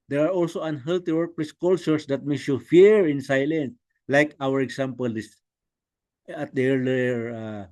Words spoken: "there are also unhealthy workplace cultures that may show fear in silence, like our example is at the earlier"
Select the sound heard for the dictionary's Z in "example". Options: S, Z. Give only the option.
S